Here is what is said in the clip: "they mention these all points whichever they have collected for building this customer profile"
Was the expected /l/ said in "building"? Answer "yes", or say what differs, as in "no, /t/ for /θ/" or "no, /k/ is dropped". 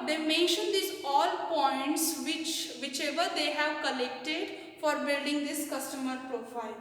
yes